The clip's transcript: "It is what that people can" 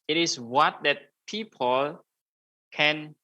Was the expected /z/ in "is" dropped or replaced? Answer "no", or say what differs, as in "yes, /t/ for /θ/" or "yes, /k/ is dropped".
yes, /s/ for /z/